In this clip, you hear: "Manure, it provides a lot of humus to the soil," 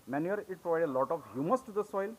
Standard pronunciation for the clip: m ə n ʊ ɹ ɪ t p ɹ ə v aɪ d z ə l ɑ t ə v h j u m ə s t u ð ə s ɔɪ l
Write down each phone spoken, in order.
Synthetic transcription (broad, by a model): m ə n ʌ ɹ ɪ t p ɹ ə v aɪ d ə l ɑ t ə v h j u m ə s t u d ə s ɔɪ l